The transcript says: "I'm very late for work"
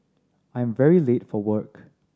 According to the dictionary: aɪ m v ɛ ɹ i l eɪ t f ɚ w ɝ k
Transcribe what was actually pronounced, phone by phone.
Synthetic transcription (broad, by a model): aɪ m v ɛ ɹ i l eɪ t f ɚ w ɝ k